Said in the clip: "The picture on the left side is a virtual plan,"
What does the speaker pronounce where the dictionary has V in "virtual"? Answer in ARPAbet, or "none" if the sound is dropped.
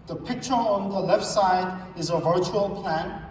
V